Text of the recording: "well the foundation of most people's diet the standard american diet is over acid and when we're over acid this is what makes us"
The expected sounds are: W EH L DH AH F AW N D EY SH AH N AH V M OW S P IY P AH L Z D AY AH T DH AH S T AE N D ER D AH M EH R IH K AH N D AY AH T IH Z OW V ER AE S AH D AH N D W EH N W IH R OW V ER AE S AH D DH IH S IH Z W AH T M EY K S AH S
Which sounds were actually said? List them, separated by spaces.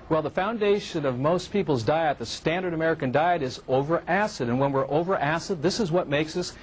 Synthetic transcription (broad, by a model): W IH L DH AH F AW N D EY SH AH N AH V M OW S P IY P L Z D AY AH T DH AH S T AE N D ER D AH M EH R IH K AH N D AY AH T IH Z OW V ER AE S AH D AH N W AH N W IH R OW V ER AE S AH D DH IH S IH Z W AH T M EY K S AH S